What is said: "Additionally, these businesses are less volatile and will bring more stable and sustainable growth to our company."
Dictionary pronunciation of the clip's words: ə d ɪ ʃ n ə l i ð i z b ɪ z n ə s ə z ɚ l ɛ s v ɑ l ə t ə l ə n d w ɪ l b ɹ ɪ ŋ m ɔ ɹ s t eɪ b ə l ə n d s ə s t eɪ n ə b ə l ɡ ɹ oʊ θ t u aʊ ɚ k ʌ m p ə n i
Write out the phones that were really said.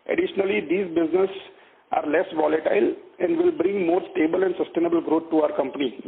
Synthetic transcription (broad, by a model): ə d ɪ ʃ n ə l i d i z b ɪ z n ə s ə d l ɛ s v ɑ l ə t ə l ə n d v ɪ l b ɹ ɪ ŋ m ɔ ɹ s t eɪ b ə l ə n d s ə s t eɪ n ə b ə l ɡ ɹ oʊ t t u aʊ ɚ k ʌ m p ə n i